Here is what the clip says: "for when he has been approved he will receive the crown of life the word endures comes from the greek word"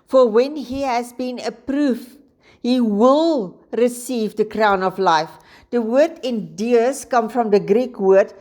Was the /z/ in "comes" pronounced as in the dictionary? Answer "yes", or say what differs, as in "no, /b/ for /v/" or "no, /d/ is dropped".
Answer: no, /z/ is dropped